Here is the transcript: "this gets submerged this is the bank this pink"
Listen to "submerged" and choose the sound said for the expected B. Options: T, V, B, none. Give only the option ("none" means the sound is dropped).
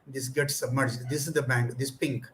B